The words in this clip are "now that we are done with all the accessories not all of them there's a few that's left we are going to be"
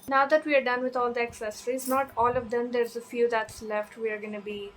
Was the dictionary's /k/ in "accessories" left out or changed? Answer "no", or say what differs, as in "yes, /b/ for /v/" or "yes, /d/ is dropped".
no